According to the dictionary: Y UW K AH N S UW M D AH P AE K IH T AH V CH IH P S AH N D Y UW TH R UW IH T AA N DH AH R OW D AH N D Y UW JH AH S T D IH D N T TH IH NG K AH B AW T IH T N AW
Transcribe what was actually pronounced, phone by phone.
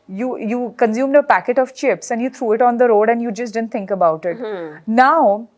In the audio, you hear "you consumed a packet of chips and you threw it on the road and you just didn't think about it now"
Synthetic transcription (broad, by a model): Y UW K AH N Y UW M D AH P AE K IH T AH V CH IH P S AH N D Y UW T R UW IH T AA N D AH R OW D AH N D Y UW JH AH S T D IH D N T IH NG K AH B AW T IH T N AW